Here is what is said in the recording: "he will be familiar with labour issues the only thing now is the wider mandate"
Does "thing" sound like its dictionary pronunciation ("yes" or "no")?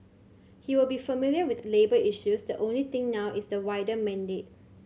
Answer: no